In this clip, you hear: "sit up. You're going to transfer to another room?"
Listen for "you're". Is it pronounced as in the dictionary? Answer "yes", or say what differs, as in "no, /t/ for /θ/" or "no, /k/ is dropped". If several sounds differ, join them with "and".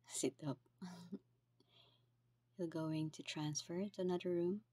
no, /l/ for /ɹ/